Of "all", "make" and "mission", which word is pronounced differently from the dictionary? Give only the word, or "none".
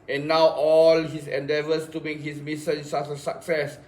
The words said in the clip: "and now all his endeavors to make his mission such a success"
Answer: mission